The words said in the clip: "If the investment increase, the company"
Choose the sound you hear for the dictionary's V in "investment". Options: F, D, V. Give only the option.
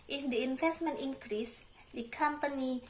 F